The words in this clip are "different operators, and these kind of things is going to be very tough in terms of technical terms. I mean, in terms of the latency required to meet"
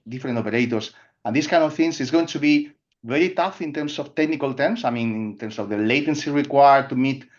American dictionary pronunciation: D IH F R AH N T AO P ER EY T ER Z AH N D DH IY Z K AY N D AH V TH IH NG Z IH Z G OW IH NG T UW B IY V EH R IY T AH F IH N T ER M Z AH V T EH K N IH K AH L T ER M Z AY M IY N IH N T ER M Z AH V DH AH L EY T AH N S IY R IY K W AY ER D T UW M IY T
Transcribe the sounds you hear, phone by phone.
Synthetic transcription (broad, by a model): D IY F R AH N T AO P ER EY T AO S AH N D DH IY S K AY N D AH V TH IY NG S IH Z G OW IH NG T UW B IY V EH R IY T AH F IH N T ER M S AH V T EH K N IH K AH L T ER M S AY M IY N IH N T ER M S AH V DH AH L EY T AH N S IY R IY K W AY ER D T UW M IY T